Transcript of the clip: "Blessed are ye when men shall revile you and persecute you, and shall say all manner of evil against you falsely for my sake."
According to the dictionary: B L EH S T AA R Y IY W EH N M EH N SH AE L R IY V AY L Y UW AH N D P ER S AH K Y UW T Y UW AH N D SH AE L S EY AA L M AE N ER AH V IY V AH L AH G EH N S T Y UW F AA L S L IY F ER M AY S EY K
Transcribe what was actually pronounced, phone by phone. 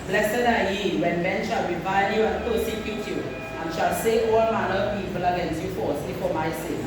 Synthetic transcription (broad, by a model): B L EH S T AA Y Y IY W EH N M EH N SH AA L W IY B AY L Y UW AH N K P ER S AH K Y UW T Y UW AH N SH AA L S EY AA L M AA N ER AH P IY P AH L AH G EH N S Y UW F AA S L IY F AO M AY S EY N